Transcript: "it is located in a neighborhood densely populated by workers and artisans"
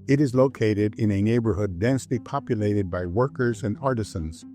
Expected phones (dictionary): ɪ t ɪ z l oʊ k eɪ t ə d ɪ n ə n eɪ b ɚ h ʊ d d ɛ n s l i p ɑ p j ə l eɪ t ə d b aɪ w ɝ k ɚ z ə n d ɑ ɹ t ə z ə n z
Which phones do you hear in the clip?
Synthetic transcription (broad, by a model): ɪ t ɪ z l oʊ k eɪ t ə d ɪ n ə n eɪ b ɚ h ʊ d d ɛ n s l i p ɑ p j ə l eɪ t ə d b aɪ w ɝ k ɚ z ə n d ɑ ɹ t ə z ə n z